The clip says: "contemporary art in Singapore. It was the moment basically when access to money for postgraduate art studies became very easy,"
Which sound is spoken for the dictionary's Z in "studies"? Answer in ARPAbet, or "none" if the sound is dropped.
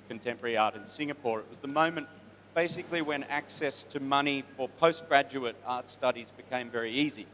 Z